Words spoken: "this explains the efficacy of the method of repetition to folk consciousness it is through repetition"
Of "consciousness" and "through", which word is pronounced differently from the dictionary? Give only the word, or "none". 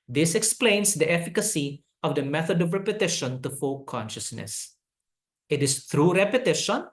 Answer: through